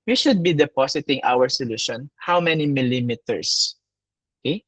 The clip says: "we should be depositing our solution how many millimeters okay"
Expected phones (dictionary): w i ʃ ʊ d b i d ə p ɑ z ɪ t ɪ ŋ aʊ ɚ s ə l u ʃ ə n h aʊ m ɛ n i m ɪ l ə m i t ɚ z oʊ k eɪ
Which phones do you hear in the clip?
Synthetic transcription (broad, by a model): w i ʃ ʊ d b i d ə p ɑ s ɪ t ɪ ŋ aʊ ɚ s ə l u ʃ ə n h aʊ m ɛ n i m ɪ l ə m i t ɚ s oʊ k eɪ